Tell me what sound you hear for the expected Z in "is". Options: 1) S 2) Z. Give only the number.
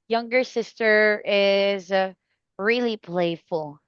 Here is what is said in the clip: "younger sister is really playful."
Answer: 2